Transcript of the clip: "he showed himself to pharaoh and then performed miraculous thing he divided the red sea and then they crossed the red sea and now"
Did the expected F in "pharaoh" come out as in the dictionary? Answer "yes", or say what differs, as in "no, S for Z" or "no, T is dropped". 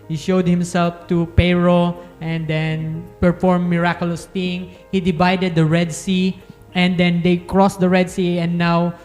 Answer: no, P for F